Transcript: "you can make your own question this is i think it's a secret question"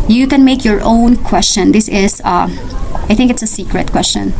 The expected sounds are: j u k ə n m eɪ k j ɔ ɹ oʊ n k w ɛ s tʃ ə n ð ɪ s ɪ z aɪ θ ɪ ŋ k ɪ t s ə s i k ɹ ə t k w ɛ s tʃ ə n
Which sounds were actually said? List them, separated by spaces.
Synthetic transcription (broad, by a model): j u k ə n m eɪ k j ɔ ɹ oʊ n k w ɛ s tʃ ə n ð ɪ s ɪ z aɪ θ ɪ ŋ k ɪ t s ə s i k ɹ ə t k w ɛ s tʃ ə n